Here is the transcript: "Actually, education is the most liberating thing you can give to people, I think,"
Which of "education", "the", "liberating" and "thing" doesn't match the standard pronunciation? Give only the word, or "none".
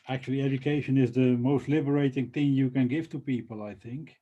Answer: none